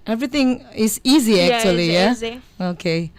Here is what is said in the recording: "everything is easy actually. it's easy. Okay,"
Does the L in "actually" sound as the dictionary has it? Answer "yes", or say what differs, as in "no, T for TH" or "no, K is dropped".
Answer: no, L is dropped